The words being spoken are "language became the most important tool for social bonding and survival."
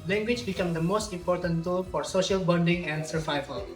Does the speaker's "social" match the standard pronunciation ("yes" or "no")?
yes